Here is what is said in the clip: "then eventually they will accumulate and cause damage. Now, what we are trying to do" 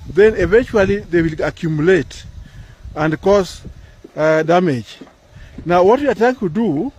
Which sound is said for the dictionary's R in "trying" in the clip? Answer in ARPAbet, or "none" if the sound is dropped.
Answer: none